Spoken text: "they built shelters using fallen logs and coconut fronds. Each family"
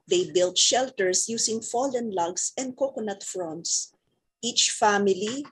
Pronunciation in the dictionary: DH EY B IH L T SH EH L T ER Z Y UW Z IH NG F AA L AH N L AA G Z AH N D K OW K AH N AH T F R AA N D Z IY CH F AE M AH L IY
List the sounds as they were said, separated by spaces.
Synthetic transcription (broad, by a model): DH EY B IH L T SH EH L T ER S Y UW S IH NG F AA L AH N L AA G S AH N D K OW K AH N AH T F R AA N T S IY CH F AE M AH L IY